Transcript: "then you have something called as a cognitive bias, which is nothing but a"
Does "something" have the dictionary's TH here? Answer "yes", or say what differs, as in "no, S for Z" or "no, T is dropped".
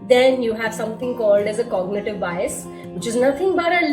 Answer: no, T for TH